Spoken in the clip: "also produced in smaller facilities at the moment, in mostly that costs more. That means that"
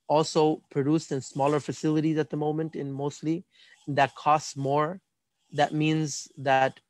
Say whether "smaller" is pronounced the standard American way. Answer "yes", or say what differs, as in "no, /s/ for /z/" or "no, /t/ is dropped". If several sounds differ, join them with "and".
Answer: yes